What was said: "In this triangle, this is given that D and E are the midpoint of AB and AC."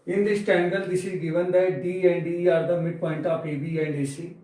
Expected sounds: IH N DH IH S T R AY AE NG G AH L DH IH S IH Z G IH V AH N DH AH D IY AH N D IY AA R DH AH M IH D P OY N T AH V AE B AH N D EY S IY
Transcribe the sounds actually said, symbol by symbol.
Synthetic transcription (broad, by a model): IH N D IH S T EH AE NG G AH L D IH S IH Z G IH V AH N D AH D IY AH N D IY AA R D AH M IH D P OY N T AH P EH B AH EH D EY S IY